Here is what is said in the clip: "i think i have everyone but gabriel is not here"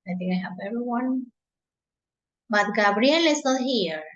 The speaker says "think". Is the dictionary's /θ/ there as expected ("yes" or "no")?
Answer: no